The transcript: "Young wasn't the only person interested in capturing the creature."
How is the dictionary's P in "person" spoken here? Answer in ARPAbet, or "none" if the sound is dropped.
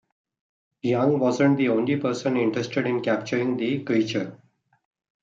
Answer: P